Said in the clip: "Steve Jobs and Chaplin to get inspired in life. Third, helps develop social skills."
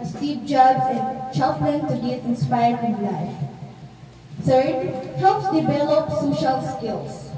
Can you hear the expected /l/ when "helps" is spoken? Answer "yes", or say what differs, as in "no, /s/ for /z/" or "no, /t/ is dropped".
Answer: no, /l/ is dropped